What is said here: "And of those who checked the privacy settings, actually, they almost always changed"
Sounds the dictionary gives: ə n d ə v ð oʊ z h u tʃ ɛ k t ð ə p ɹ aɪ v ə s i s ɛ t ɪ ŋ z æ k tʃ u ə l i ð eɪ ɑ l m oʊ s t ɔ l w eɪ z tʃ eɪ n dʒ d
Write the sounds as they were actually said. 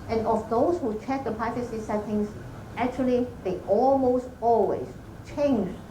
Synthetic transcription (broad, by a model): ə n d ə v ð oʊ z h u tʃ ɛ k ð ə p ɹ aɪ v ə s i s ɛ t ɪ ŋ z æ k tʃ u ə l i ð eɪ ɑ l m oʊ s t ɔ l w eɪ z tʃ eɪ n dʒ